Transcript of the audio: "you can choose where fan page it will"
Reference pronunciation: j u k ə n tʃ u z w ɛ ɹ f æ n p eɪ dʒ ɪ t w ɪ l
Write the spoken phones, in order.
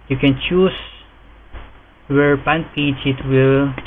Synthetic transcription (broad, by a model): j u k ə n tʃ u s w ɛ ɹ p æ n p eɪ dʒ ɪ t w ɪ l